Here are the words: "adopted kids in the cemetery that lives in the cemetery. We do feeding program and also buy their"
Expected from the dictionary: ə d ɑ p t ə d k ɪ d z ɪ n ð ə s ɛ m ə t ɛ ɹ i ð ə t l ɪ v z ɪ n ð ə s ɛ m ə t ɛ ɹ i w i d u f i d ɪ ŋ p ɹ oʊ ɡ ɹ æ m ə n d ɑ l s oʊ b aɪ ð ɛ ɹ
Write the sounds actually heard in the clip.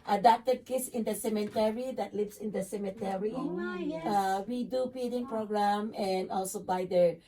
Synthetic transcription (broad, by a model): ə d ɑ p t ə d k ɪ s ɪ n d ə s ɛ m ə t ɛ ɹ i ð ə t l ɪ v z ɪ n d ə s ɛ m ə t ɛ ɹ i w i d u p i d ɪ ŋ p ɹ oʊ ɡ ɹ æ m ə n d ɑ l s oʊ b aɪ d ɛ ɹ